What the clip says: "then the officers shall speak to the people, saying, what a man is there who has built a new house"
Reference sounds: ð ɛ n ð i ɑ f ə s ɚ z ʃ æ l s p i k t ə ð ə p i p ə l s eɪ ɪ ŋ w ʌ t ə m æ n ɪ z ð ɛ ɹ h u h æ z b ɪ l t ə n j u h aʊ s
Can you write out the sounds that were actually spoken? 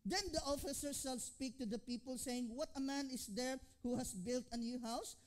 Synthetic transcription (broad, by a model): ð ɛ n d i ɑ f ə s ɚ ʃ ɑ l s p i k t ə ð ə p i p ə l s eɪ ɪ ŋ w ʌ t ə m æ n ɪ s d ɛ ɹ h u h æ s b ɪ l t ə n j u h aʊ s